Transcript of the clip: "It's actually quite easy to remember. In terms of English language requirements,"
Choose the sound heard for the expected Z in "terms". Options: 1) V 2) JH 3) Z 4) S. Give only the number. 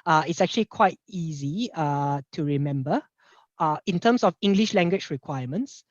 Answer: 4